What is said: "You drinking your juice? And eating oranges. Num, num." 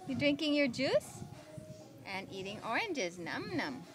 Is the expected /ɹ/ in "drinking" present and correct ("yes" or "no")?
yes